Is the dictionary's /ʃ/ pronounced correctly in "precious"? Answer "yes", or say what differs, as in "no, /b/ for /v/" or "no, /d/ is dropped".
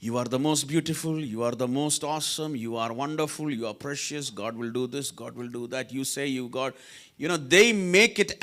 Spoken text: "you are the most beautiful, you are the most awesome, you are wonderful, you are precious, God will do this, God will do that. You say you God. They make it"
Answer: yes